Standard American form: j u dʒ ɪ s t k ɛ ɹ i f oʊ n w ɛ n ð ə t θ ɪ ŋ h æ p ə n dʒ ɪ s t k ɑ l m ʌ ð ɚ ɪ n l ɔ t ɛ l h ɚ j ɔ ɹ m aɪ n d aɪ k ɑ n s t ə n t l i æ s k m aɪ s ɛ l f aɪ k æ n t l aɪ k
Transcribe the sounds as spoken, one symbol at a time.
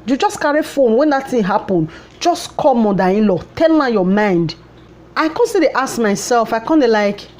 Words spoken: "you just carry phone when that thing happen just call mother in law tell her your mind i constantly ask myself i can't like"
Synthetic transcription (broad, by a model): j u dʒ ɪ s k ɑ ɹ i f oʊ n w ɛ n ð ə t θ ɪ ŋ h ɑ p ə n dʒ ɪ s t k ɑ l m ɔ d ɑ ɪ n l ɔ t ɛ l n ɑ j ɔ m aɪ n d aɪ k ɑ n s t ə t i s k m aɪ s ɛ l f aɪ k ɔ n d l aɪ k